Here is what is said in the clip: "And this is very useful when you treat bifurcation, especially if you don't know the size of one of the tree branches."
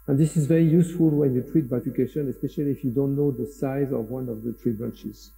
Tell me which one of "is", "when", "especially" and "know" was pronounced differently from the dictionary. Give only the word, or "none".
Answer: none